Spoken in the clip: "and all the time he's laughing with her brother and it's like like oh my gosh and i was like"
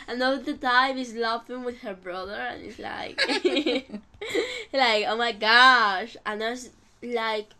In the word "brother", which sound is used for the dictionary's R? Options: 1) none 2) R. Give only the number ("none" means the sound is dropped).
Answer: 2